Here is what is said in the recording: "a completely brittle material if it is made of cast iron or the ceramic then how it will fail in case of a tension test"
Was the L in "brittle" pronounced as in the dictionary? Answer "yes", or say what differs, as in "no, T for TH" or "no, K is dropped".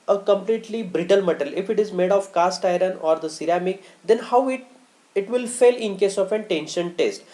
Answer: yes